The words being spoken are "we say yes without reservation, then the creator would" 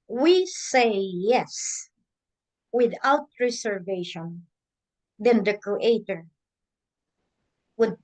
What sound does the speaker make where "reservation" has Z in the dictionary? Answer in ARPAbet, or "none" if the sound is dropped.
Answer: S